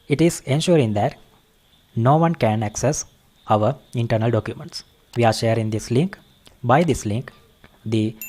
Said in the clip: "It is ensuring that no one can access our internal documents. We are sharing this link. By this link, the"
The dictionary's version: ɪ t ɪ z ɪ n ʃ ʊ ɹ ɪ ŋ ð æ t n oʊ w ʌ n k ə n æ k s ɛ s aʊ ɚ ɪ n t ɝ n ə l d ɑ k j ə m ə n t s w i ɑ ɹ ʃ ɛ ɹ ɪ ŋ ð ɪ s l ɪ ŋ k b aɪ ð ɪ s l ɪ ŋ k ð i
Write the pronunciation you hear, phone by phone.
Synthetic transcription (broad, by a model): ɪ t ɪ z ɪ n ʃ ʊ ɹ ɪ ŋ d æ t n oʊ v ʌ n k ə n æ k s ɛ s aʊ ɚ ɪ n t ɝ n ə l d ɑ k j ə m ə n t s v i ɑ ɹ ʃ ɛ ɹ ɪ ŋ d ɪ s l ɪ ŋ k b aɪ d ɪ s l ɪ ŋ k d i